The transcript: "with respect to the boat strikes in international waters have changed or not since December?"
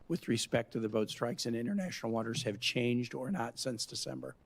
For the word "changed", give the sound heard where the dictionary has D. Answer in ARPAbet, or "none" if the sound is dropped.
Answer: D